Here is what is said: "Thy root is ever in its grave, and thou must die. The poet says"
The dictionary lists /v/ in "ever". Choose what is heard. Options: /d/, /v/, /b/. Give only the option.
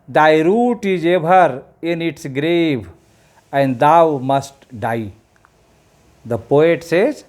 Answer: /b/